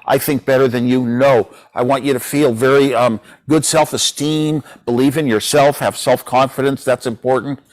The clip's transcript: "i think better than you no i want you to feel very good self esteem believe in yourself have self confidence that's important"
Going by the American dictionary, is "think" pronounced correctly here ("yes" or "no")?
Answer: yes